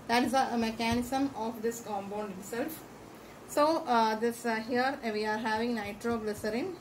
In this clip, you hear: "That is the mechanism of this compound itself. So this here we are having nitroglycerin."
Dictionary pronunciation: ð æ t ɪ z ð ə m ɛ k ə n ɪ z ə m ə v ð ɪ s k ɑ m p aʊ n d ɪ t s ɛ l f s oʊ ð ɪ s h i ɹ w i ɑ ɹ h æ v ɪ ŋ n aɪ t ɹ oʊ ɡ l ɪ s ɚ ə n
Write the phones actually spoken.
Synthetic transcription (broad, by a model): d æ t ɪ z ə m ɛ k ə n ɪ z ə m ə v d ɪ s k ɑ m b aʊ n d ɪ t s ɛ l f s oʊ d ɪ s h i ɹ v i ɑ ɹ h æ v ɪ ŋ n aɪ t ɹ oʊ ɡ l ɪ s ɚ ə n